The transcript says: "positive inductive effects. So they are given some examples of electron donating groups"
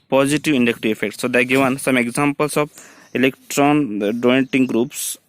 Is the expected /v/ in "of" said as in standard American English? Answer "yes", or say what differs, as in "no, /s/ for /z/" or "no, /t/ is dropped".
no, /b/ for /v/